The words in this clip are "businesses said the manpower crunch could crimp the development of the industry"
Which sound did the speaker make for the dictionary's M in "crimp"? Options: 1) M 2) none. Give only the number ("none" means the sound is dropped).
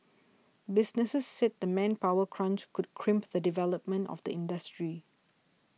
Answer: 1